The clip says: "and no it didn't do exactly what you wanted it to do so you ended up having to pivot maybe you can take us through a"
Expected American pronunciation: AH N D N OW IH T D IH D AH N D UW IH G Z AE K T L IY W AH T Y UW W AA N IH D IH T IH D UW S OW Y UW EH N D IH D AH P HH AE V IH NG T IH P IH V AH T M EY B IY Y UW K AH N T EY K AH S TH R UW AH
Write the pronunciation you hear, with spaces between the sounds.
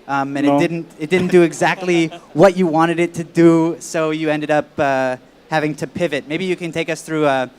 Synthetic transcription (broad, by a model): AH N D N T IH T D IH D N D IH IH G Z AE K T L IY W AH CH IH W AA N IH D IH T IH D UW S OW Y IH EH N D IH D AH P HH AE V IH NG T IH P IH V AH T M EY B IY Y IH K AH N T EY K AH S TH R UW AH